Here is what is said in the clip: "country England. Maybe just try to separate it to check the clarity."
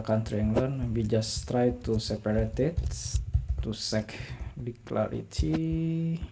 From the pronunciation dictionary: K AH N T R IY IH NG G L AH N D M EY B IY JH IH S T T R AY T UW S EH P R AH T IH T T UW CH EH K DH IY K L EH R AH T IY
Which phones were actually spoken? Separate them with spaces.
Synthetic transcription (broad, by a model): K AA N T R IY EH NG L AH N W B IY JH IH S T T R AY T UW S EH P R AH T IH T T UW S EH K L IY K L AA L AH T IY